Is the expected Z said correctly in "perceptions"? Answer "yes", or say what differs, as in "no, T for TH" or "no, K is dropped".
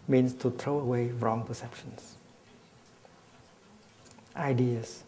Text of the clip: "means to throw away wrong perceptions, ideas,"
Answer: no, S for Z